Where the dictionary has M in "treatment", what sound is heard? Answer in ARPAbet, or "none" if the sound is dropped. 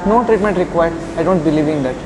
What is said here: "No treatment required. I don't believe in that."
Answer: M